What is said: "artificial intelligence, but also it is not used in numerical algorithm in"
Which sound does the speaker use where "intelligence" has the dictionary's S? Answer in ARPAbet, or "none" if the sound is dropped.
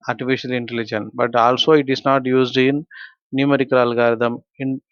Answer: none